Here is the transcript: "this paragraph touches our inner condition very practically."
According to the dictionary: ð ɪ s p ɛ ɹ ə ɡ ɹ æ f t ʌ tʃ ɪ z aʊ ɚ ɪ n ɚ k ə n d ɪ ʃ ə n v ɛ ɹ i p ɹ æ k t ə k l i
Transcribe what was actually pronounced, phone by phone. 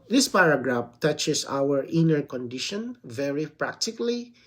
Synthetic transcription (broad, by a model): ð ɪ s p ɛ ɹ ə ɡ ɹ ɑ f t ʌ tʃ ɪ s aʊ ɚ ɪ n ɚ k ə n d ɪ ʃ ə n v ɛ ɹ i p ɹ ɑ k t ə k l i